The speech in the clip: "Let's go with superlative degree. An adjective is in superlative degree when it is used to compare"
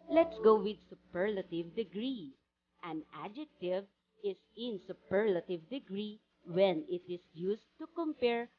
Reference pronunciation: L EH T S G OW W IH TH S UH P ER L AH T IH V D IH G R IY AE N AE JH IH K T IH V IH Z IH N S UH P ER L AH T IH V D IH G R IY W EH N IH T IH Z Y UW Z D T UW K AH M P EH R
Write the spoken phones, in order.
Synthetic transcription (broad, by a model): L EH T S G OW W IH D S UH P ER L AH T IH V D IH G R IY AE N AE JH IH K T IH V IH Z IH N S UH P ER L AH T IH V D IH G R IY W EH N IH T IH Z Y UW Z T UW K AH M P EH R